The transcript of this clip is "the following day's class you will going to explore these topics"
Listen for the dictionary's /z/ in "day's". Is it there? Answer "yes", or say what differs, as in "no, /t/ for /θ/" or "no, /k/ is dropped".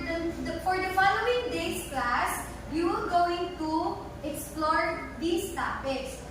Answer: no, /s/ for /z/